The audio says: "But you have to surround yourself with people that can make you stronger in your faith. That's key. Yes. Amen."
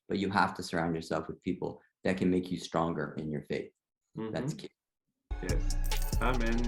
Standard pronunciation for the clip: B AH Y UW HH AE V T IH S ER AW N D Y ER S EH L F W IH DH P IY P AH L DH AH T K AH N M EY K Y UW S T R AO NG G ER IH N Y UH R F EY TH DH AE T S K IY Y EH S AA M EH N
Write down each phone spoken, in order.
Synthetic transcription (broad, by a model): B AH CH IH HH AE F T IH S ER AW N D Y ER S EH L F W IH DH P IY P L DH AH T K AH N M EY K Y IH S T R AO NG G ER IH N Y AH R F EY TH DH AE T S K IY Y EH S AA M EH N